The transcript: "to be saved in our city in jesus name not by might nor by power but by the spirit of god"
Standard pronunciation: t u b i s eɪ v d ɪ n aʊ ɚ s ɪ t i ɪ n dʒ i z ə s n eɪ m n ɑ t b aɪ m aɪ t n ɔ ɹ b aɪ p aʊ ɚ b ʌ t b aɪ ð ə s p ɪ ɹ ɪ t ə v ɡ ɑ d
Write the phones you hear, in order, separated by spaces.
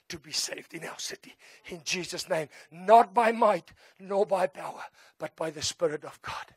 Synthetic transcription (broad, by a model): t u b i s eɪ v d ɪ n aʊ ɚ s ɪ t i ɪ n dʒ i z ə s n eɪ m n ɑ t b aɪ m aɪ t n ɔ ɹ b aɪ p aʊ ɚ b ʌ t b aɪ ð ə s p ɪ ɹ ɪ t ə v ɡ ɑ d